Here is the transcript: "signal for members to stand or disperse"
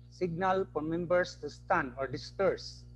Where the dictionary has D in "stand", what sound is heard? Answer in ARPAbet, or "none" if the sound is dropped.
none